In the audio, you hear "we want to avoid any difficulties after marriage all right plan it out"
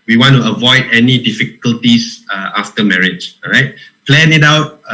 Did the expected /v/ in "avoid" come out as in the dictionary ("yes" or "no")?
yes